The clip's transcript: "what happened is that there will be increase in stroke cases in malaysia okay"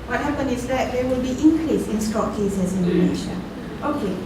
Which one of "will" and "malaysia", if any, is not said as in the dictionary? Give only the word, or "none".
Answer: malaysia